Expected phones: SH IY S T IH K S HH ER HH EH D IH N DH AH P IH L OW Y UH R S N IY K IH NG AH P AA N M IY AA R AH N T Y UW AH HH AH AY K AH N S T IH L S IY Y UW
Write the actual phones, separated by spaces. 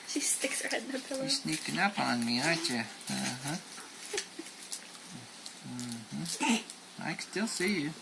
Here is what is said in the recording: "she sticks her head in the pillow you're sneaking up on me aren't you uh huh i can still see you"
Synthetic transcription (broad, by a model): SH IY S T IH K S HH ER HH EH D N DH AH P IH L OW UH S N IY K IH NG AH P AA N M IY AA AH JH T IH AH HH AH AY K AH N S T IH L S IY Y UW